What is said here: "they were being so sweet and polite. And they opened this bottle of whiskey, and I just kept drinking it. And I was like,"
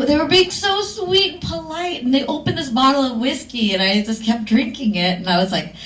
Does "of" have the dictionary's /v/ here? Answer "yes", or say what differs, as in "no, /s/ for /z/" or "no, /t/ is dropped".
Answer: yes